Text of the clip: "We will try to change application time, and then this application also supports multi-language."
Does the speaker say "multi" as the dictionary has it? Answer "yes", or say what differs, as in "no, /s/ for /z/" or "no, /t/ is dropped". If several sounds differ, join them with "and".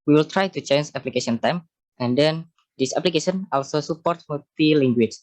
no, /l/ is dropped